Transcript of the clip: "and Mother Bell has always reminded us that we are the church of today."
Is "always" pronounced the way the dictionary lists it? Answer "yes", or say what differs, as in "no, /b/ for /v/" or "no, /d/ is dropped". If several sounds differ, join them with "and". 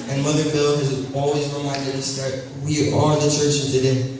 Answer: yes